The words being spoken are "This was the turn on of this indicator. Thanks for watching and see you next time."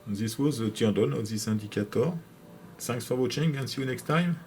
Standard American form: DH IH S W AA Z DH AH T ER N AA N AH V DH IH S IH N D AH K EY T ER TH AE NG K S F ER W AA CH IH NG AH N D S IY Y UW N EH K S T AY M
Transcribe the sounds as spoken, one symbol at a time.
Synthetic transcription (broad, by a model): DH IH S W AA Z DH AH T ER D AA N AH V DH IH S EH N D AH K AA T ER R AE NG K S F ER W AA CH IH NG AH N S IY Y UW N EH K S T AY M